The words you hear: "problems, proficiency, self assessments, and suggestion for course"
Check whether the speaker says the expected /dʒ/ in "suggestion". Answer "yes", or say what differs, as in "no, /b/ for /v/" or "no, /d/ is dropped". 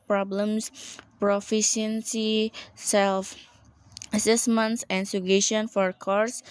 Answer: no, /dʒ/ is dropped